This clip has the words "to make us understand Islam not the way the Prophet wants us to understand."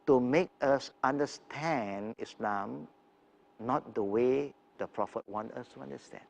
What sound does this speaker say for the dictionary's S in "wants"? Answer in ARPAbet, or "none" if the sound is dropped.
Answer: none